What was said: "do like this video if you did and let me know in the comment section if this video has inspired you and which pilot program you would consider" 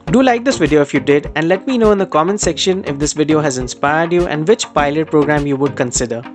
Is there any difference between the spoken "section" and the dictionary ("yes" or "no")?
no